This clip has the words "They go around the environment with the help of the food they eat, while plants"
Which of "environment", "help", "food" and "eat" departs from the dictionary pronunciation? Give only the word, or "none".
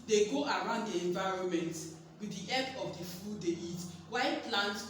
help